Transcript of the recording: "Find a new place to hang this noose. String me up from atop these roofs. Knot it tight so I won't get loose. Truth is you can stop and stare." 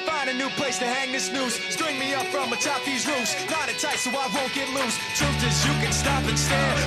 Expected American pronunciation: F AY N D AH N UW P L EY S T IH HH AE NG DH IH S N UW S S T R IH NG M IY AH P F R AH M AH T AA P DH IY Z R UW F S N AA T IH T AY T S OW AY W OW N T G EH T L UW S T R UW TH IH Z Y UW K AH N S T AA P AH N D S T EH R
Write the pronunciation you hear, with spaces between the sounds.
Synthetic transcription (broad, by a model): F AY N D AH N UW P L EY S T IH HH AE NG DH IH S N UW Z S T R IH NG M IY AH P F R AH M AH T AA P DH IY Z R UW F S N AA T IH T AY T S OW AY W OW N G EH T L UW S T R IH T IH Z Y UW K AH N S T AA P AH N S T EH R